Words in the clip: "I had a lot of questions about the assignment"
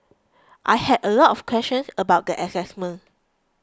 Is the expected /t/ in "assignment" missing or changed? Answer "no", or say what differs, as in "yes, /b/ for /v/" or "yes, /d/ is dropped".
yes, /t/ is dropped